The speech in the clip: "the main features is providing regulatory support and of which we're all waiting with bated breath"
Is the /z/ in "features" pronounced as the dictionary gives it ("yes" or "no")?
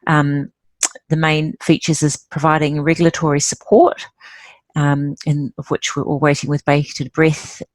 yes